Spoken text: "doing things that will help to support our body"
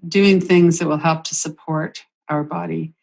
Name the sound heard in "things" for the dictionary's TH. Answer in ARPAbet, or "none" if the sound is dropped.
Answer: TH